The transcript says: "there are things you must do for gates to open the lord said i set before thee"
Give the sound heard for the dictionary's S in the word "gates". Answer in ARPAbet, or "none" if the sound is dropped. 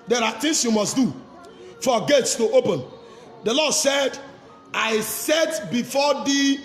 S